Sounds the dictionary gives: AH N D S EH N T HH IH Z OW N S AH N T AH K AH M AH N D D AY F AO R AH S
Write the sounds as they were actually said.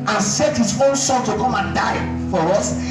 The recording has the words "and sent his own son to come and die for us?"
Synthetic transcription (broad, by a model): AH N S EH T HH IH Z OW N S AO L T AH K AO M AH N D D AY F AO R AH S